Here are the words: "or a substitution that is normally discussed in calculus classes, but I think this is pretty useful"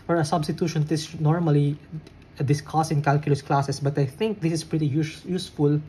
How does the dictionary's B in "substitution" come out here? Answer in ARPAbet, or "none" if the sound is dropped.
B